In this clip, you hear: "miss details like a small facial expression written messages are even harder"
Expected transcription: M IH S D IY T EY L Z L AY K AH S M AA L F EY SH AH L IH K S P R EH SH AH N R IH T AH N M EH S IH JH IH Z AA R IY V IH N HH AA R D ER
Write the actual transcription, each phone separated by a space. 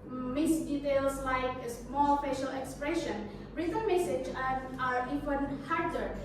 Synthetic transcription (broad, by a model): M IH S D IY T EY L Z L AY K AH S M AA L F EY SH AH L IH K S P R EH SH AH N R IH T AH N M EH S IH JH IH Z AA R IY F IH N HH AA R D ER